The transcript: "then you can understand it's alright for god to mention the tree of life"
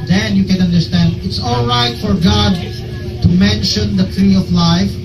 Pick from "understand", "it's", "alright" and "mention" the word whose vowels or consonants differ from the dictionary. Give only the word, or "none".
none